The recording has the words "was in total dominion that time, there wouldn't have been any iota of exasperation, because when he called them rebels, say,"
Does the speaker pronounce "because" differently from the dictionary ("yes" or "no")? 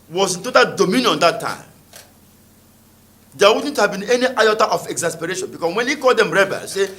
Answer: yes